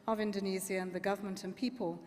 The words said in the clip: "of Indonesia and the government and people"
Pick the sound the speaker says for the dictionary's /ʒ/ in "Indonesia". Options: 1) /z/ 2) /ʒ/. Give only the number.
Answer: 1